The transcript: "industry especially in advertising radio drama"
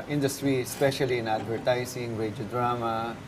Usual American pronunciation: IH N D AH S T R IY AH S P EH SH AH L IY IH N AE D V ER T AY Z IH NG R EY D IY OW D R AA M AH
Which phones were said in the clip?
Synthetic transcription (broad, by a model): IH N D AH S T R IY S P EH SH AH L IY IH N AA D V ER T AY S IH NG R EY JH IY D R AA M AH